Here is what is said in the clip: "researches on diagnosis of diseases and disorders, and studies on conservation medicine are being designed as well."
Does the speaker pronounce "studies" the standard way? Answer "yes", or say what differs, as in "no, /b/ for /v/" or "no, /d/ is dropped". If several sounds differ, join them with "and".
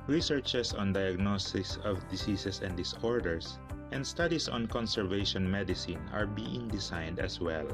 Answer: no, /s/ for /z/